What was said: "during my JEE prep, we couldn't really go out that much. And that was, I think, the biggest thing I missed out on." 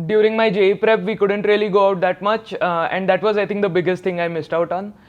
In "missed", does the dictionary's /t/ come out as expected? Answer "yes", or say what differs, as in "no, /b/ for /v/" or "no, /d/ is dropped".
yes